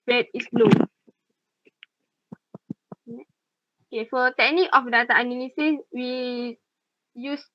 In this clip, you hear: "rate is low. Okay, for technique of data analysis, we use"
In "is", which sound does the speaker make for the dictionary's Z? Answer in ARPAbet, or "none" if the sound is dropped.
S